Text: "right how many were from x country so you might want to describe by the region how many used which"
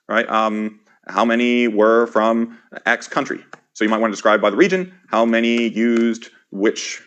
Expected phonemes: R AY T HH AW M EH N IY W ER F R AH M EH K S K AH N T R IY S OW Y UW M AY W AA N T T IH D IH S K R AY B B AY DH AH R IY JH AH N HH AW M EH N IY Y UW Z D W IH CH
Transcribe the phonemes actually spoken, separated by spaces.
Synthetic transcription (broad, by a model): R AY T HH AW M EH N IY W ER F R AH M EH K S K AH N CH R IY S OW Y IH M AY W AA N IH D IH S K R AY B B AY DH AH R IY JH AH N HH AW M EH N IY Y UW Z D W IH CH